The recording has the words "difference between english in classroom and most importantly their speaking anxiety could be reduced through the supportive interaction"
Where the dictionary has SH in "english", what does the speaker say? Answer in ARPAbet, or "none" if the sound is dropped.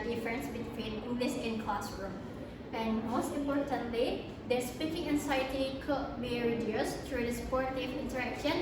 S